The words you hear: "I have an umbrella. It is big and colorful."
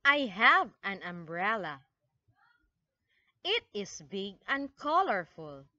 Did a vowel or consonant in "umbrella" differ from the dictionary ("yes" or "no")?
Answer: no